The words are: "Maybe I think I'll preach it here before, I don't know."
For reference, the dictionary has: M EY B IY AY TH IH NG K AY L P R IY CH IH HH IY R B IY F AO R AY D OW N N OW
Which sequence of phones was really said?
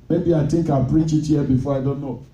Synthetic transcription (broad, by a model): M EY B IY AY T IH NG K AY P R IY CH IH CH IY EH B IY F AO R AY D OW N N OW